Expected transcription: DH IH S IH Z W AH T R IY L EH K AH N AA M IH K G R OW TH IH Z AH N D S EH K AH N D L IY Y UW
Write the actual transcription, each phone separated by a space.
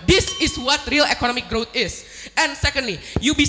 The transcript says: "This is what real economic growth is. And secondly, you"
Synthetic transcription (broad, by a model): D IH S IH S W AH T R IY L EH K AH N AA M IH K G R OW T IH S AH N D S EH K AH N D L IY Y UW